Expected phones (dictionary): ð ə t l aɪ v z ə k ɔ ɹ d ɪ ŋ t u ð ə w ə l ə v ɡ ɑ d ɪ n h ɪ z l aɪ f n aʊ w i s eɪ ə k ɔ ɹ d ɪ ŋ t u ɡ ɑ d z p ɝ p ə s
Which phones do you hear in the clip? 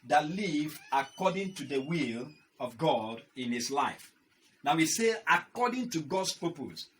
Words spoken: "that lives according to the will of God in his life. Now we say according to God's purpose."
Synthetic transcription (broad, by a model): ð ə t l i v ə k ɔ d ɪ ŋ t u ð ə w ə l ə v ɡ ɑ d ɪ n h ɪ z l aɪ f n aʊ w i s eɪ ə k ɔ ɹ d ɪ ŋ t u ɡ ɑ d s p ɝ p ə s